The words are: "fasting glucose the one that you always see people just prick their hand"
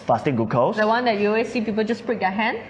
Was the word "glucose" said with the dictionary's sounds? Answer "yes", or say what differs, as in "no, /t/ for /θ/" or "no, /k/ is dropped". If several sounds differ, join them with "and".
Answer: no, /l/ is dropped